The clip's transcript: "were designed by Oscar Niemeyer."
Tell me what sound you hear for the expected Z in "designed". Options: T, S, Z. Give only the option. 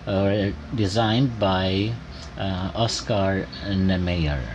Z